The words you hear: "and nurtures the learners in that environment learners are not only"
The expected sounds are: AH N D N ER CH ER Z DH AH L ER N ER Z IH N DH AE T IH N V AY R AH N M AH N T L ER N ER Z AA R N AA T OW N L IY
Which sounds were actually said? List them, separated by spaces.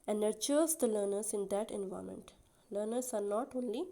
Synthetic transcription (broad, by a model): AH N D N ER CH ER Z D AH L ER N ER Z IH N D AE T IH N V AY AH M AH N T L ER N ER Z AA R N AA T OW N L IY